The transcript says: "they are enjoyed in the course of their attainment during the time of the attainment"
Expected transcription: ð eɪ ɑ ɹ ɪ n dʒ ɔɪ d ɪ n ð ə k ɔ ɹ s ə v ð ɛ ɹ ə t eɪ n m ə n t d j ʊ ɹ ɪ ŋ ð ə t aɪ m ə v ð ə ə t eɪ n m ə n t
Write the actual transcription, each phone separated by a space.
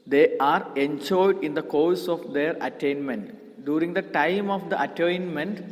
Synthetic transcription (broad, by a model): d eɪ ɑ ɹ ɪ n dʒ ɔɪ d ɪ n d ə k ɔ ɹ s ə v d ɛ ɹ ə t eɪ n m ə n t d j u ɹ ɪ ŋ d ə t aɪ m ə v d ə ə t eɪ n m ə n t